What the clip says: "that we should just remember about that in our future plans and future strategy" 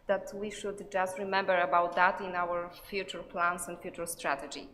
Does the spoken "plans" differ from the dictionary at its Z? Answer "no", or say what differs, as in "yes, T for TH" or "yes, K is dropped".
yes, S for Z